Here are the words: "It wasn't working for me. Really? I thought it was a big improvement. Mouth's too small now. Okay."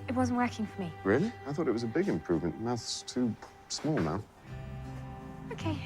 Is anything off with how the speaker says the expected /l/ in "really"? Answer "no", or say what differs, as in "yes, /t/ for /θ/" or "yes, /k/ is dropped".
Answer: yes, /n/ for /l/